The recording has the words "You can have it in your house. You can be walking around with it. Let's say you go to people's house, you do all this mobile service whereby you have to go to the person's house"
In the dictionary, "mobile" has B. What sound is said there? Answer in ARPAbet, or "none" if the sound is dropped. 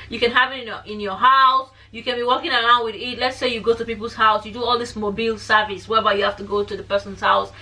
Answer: B